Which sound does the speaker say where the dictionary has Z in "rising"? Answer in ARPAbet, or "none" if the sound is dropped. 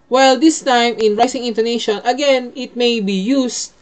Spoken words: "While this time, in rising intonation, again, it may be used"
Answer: S